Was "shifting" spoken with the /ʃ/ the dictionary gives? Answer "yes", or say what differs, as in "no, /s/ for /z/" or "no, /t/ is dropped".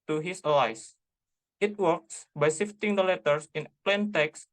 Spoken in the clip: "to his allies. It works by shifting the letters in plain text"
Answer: no, /s/ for /ʃ/